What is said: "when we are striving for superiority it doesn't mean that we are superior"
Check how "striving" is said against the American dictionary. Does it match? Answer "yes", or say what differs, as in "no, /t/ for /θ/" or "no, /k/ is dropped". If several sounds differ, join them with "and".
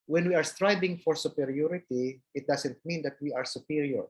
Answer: no, /b/ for /v/